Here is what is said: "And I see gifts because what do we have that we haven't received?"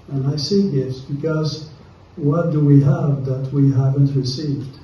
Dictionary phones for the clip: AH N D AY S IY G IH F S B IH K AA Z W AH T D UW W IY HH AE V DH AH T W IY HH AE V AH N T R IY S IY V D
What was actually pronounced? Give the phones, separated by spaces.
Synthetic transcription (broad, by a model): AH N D AY S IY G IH S B IH K AA Z W AH T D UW W IY HH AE V DH AH T W IY HH AE V AH N T R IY S IY V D